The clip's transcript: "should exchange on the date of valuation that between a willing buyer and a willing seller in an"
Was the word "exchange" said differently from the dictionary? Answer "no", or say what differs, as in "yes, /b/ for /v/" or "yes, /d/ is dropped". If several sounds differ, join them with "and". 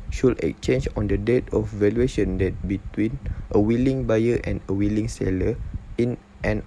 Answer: yes, /s/ is dropped